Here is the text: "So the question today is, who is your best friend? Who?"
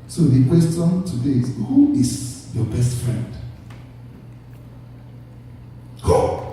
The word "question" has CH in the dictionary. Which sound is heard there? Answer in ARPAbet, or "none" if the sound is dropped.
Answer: S